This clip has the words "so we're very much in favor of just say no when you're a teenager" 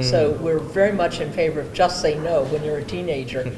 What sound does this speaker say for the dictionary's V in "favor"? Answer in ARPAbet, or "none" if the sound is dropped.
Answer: V